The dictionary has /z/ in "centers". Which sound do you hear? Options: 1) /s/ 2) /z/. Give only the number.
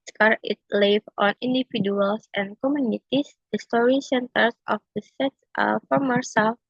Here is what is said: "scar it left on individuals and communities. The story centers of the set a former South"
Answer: 1